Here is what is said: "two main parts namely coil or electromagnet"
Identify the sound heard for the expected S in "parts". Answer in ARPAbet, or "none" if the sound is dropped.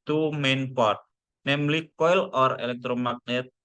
none